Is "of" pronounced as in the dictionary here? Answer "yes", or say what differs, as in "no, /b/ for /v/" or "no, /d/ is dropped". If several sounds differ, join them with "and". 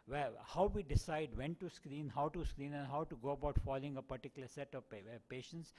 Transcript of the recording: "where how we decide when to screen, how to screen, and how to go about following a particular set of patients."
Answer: no, /p/ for /v/